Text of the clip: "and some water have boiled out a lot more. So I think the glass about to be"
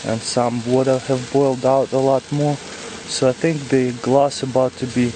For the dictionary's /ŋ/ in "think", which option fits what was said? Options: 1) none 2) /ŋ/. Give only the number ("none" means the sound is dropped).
2